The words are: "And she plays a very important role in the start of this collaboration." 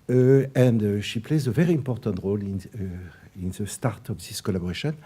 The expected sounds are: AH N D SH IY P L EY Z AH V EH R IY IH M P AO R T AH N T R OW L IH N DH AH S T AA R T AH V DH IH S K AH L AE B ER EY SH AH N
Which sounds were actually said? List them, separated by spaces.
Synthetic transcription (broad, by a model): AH N D SH IY P L EY Z AH V EH R IY IH M P AO R T AH N T R OW L IH N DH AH S T AA R T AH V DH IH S K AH L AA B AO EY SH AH N